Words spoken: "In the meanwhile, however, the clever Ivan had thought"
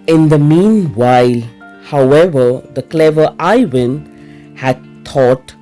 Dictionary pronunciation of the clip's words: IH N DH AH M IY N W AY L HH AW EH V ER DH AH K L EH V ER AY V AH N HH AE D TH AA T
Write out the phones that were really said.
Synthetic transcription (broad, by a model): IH N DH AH M IY N W AY L HH AW EH V ER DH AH K L EH V ER AY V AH N HH AE D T AA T